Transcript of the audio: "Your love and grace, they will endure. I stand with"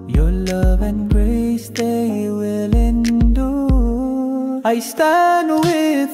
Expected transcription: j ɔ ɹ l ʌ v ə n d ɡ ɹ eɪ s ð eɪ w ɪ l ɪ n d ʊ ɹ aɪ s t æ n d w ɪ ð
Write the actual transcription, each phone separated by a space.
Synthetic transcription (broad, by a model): j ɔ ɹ l ʌ v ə n ɡ ɹ eɪ s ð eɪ w ɪ l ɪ n d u aɪ s t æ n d w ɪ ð